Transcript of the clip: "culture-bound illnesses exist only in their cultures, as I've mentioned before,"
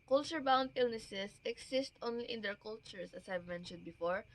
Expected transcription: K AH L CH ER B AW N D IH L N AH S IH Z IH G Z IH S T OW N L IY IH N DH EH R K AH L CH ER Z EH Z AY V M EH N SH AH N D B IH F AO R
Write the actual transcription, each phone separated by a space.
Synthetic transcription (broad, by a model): K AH L CH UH B AW N D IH L N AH S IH S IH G S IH S T OW N L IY IH N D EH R K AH L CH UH S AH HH AY V M EH N SH AH N D B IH F AO R